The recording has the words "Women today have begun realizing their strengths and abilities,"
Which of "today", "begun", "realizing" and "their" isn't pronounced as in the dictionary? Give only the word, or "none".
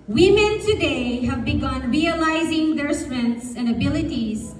none